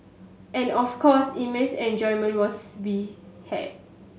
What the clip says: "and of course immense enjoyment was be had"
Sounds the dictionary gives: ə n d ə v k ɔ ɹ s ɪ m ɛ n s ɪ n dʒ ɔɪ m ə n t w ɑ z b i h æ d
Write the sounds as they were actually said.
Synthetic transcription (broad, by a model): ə n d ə f k ɔ s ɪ m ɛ s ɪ n dʒ ɔɪ m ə n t w ɑ s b i h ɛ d